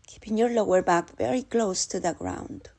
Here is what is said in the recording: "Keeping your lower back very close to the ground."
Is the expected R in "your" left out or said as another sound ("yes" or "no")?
no